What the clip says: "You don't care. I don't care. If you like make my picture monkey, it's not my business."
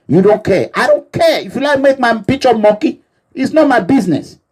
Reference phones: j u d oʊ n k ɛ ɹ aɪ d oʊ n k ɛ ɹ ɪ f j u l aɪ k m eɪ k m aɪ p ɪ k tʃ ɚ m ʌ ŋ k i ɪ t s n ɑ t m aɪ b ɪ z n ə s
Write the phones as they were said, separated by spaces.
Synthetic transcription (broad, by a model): j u d oʊ n k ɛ aɪ d oʊ n k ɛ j ɪ f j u l aɪ k m eɪ k m aɪ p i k tʃ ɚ m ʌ k i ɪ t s n ɑ t m aɪ b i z n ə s